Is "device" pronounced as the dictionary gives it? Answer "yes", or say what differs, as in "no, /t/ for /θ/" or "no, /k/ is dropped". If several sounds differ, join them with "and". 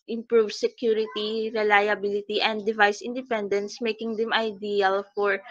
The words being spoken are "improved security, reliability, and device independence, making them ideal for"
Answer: yes